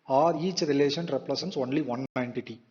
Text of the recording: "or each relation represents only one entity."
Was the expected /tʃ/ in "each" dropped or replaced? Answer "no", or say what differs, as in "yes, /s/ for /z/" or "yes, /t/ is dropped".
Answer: no